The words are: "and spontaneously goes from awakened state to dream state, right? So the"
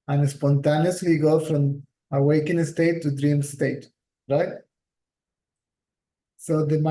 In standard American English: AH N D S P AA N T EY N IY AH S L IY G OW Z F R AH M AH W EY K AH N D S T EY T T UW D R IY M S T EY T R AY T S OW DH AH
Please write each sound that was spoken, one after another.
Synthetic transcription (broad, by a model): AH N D S P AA N T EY N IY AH S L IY G OW F R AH M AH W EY K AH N S T EY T T UW D R IY M S T EY T R AY T S OW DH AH